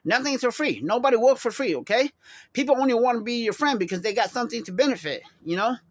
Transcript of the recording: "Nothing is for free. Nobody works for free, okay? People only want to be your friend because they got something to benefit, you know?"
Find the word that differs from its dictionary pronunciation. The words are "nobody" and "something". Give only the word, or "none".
none